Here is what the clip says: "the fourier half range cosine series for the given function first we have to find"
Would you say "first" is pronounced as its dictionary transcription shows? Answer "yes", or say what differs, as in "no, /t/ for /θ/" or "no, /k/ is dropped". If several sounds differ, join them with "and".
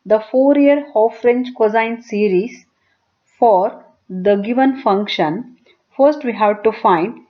yes